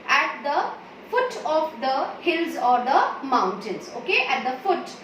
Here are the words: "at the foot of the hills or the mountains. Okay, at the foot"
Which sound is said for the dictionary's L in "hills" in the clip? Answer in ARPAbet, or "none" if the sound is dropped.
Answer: L